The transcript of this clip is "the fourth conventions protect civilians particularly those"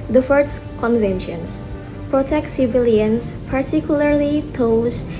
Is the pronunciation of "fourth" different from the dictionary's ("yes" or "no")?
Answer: yes